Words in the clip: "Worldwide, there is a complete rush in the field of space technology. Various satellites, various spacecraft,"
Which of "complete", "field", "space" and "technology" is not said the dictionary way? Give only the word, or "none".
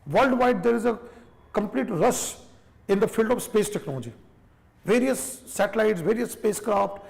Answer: none